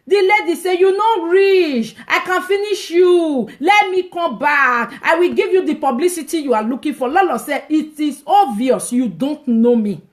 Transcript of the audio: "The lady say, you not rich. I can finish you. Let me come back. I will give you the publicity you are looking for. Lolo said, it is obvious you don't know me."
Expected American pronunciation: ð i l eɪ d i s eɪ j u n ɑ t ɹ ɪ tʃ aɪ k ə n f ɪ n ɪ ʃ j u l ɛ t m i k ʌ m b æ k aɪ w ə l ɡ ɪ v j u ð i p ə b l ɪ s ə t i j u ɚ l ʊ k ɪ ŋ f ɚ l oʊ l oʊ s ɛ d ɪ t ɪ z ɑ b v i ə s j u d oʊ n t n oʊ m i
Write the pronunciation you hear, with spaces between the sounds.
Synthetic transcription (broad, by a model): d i l eɪ d i s eɪ j u n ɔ ɹ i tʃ aɪ k ə n f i n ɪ ʃ j u l ɛ t m i k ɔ m b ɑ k aɪ w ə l ɡ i v j u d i p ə b l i s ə t i j u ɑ l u k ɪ f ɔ l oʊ l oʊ s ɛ ɪ t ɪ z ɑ v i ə s j u d oʊ n t n oʊ m i